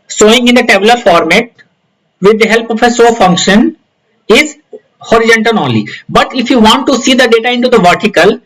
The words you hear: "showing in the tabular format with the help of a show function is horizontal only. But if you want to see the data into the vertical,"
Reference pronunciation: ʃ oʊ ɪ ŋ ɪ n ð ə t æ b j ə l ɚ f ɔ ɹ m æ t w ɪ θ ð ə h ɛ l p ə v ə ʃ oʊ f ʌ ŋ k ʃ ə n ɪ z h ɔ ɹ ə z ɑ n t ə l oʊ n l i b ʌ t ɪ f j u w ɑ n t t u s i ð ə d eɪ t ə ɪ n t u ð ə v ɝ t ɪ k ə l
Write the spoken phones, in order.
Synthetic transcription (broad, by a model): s oʊ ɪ ŋ ɪ n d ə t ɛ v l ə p f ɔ ɹ m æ t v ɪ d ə h ɛ l p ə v ə s oʊ f ʌ ŋ k ʃ ə n ɪ z h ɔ ɹ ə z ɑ n t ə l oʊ n l i b ʌ t ɪ f j u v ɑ n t t u s i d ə d eɪ t ə ɪ n t u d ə v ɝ t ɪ k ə l